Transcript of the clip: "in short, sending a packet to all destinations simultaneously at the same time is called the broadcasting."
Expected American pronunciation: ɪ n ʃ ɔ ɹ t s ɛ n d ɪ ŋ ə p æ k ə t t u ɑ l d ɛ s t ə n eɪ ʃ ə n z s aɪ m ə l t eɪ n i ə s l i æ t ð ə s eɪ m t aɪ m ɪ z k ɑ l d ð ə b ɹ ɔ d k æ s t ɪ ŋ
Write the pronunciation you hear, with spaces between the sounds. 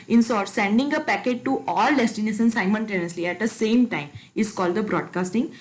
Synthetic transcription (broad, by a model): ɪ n s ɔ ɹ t s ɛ n d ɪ ŋ ə p æ k ə t t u ɑ l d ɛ s t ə n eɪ s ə n s aɪ m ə n t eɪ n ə s l i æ t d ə s eɪ m t aɪ m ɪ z k ɑ l d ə b ɹ ɔ d k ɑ s t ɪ ŋ